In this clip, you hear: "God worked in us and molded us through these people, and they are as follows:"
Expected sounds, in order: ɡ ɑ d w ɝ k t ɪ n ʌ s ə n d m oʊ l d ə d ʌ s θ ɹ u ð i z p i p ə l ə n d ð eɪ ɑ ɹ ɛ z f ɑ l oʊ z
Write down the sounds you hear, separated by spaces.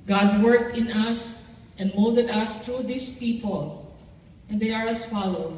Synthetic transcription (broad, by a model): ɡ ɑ d w ɝ k t ɪ n ʌ s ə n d m oʊ l d ə d ʌ s t ɹ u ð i s p i p ə l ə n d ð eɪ ɑ ɹ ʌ s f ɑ l oʊ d